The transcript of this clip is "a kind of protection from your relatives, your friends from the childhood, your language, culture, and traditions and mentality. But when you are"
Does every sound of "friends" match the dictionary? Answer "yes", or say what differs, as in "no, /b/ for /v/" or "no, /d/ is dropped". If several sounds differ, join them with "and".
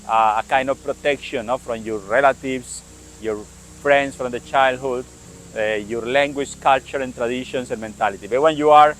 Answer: no, /s/ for /z/